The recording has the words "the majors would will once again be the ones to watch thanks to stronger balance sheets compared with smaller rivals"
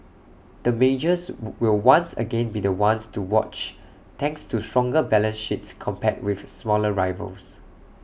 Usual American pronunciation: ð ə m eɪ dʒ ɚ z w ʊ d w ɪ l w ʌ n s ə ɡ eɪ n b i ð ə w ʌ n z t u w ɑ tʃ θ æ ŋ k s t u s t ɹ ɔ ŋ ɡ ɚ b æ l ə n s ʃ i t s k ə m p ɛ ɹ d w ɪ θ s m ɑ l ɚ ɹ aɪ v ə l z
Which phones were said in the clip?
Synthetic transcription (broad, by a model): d ə m eɪ dʒ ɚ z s w ɪ l w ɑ n s ə ɡ eɪ n b i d ə w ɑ n s t u w ɑ tʃ t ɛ ŋ k s t u s t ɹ ɔ ŋ ɡ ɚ b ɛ l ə n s ʃ i t s k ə m p ɛ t w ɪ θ s m ɑ l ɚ ɹ aɪ v ə l s